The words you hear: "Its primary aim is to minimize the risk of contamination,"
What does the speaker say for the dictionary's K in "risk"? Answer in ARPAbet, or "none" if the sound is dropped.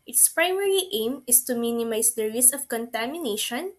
none